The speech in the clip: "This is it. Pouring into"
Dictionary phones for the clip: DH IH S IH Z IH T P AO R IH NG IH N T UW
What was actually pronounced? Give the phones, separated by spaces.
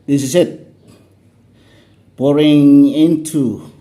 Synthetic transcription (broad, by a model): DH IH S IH S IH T B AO R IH NG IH N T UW